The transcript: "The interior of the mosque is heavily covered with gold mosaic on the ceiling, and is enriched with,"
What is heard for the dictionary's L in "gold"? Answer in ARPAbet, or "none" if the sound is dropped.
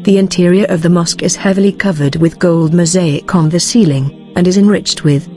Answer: L